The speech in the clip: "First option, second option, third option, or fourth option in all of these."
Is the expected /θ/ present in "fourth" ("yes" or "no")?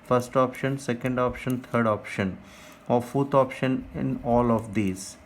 no